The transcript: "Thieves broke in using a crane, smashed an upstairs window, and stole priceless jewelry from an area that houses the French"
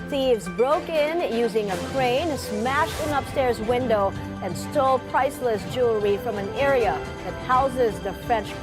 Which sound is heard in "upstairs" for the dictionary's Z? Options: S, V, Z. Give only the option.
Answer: Z